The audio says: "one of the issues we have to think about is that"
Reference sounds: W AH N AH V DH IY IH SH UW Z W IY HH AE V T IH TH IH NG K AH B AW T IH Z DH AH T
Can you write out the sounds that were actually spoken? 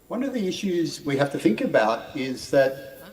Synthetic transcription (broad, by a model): W AH N AH V DH IY IH SH UW Z W IY HH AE F T IH TH IH NG K AH B AW T IH Z DH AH T